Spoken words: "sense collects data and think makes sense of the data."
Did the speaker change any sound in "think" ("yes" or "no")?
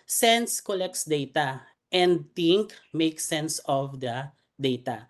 yes